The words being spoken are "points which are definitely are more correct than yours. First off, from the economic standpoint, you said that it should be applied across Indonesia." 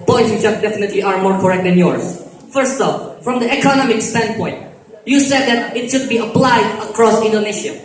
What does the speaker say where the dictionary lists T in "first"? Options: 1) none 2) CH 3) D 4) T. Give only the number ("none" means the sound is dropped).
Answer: 4